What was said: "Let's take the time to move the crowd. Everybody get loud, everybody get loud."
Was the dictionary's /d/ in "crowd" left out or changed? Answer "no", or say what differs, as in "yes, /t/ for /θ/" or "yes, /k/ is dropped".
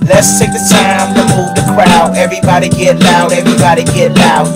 yes, /d/ is dropped